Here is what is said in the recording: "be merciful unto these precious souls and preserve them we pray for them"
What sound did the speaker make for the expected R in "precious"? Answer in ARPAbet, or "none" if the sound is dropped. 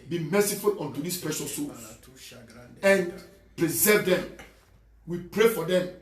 none